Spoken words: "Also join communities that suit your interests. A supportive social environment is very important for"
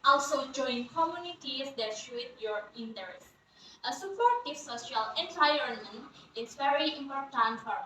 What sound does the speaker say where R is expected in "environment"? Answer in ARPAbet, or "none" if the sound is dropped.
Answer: none